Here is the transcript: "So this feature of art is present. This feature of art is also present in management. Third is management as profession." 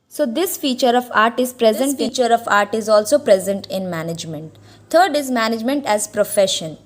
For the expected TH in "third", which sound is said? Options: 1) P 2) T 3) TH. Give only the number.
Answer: 2